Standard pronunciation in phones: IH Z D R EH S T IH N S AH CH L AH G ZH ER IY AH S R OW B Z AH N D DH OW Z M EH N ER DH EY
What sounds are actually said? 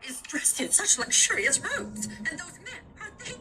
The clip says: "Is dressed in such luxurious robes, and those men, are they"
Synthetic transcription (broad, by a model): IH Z D R EH S T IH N S AH CH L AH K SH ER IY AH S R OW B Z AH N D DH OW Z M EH ER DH